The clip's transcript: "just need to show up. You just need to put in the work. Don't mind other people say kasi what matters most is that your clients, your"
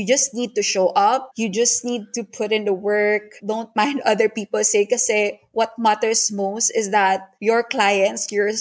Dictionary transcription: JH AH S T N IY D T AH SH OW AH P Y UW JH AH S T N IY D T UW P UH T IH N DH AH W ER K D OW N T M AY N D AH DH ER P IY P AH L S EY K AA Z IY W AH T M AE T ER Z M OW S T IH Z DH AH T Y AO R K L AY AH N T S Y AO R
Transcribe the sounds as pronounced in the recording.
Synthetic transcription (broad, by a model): JH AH S T N IY D T AH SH OW AH P Y UW JH AH S T N IY D T UW P UH T IH N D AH W ER K D OW N T M AY N D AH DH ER P IY P AH L S EY K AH S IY W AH T M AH T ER S M OW S T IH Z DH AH T Y AO R K L AY AH N T S Y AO R